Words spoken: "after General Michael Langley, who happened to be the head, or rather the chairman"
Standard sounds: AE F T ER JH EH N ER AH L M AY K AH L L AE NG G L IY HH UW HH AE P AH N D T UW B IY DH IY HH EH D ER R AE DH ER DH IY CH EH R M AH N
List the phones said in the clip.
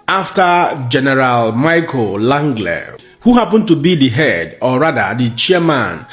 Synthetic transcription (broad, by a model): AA F T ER JH EH N ER AH L M AY K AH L L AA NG G L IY HH UW HH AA P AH N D T UW B IY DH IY HH EH D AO R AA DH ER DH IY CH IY M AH N